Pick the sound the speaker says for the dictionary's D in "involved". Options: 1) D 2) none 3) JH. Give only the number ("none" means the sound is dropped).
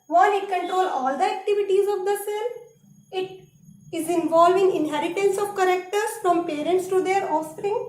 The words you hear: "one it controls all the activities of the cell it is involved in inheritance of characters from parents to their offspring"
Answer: 2